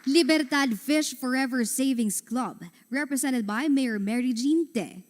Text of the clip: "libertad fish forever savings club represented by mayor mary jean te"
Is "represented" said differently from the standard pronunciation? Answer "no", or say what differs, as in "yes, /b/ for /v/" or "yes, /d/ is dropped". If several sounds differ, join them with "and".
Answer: yes, /s/ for /z/